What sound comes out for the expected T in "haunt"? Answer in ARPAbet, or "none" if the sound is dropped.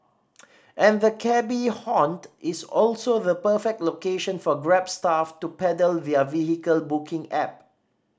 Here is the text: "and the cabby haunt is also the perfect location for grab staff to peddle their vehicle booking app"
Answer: T